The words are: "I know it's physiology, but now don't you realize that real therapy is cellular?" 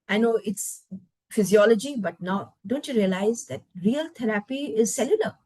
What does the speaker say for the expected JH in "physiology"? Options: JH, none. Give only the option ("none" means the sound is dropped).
JH